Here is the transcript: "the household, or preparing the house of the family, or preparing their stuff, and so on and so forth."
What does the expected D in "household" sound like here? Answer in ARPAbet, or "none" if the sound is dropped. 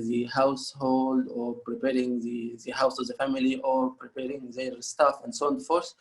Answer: D